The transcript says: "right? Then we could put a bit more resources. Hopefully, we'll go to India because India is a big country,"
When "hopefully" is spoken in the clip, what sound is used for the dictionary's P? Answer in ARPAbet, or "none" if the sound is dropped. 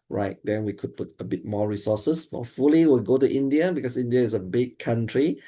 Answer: none